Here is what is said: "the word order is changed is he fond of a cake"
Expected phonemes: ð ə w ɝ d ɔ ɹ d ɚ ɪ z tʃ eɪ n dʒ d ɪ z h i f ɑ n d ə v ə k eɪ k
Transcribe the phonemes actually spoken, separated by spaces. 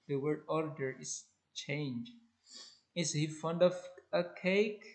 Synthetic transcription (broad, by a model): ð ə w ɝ d ɔ ɹ d ɚ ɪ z tʃ eɪ n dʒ ɪ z h i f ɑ n d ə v ə k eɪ k